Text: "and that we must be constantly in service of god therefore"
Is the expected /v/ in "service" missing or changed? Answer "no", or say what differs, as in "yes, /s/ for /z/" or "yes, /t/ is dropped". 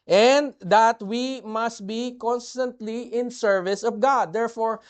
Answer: no